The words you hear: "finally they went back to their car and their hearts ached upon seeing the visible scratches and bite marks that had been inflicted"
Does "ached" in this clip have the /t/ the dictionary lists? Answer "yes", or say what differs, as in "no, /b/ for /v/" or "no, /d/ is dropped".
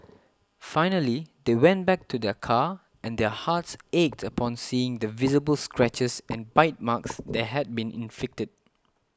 yes